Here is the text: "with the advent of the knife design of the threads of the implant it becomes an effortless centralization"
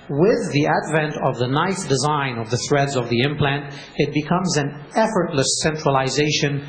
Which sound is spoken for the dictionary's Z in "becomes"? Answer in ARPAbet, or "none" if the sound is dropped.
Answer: Z